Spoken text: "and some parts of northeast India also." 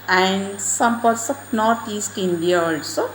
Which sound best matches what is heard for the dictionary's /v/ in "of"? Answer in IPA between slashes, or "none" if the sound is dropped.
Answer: /p/